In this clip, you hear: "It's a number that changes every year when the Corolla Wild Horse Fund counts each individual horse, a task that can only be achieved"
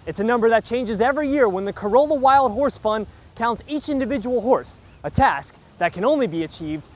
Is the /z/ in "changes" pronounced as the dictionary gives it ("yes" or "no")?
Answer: yes